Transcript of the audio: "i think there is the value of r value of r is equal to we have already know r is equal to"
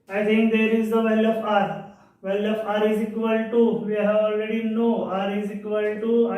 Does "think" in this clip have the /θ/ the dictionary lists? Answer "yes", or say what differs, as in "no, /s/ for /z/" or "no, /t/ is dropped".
no, /t/ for /θ/